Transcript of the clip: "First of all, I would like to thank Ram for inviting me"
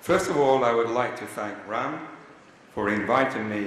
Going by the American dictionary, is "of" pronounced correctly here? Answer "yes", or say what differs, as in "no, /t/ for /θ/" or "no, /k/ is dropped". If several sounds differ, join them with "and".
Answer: yes